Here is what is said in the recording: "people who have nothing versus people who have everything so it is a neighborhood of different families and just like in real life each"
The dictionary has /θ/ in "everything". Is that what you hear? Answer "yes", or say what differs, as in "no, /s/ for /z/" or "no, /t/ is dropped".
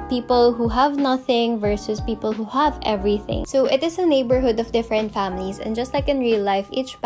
yes